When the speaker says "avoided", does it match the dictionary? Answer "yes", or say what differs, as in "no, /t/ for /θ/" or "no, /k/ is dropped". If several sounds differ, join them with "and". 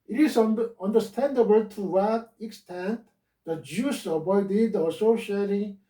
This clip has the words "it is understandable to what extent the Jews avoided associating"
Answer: no, /b/ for /v/